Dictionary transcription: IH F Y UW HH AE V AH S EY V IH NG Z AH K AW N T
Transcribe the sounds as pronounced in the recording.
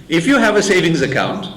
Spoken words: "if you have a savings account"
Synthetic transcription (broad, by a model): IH F Y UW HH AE V AH S EY V IH NG Z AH K AW N T